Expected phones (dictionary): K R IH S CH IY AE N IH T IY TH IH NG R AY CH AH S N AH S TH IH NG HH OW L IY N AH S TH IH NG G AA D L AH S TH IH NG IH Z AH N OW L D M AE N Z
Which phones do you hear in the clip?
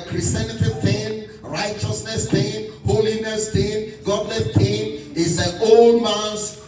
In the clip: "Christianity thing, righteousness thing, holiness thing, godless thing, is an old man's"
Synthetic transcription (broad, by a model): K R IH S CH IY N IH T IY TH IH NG R AY CH AH S N AH S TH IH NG HH OW L IY N AH S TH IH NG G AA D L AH TH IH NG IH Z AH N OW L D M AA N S